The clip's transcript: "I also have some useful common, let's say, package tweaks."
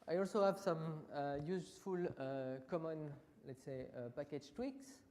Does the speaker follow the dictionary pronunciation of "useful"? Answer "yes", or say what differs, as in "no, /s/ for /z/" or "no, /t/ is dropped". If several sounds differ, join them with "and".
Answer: no, /s/ is dropped